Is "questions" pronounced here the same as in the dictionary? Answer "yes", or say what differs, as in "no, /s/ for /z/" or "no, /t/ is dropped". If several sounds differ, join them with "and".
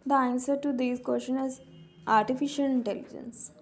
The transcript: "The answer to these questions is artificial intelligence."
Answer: no, /z/ is dropped